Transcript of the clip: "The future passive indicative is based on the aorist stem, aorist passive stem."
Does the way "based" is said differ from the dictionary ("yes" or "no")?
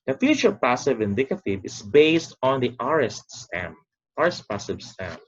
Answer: no